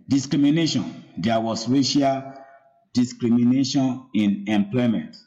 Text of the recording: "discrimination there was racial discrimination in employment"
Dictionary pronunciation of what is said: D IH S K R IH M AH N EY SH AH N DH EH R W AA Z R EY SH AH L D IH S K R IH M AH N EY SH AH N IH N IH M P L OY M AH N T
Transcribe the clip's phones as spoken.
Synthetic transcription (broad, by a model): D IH S K R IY M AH N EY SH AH N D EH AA W AA S R EY SH AH L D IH S K R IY M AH N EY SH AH N IH N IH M P L OY M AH N T